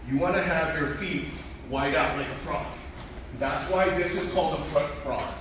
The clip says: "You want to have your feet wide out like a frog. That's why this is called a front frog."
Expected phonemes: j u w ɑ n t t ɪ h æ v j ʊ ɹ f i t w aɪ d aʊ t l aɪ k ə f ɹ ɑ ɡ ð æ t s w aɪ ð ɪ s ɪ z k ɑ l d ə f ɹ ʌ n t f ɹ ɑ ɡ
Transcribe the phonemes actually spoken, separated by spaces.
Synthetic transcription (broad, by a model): j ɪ w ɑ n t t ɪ h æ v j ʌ ɹ f i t w aɪ d aʊ t l aɪ k ə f ɹ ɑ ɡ ð æ t s w aɪ ð ɪ s ɪ z k ɑ l d ə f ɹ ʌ t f ɹ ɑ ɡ